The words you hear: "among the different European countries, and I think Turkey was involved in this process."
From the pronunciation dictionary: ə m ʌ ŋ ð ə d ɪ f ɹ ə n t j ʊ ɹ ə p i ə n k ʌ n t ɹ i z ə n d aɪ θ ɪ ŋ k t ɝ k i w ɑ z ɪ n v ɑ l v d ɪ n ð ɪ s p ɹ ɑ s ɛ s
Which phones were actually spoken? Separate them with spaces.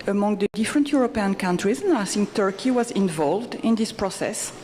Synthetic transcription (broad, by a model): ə m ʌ ŋ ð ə d ɪ f ɹ ə n t j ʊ ɹ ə p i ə n k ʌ n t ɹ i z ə n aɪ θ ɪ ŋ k t ɝ k i w ɑ z ɪ n v ɑ l v d ɪ n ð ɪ s p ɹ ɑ s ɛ s